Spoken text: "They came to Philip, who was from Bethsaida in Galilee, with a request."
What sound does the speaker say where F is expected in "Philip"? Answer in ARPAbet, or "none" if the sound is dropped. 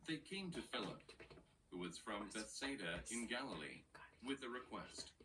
F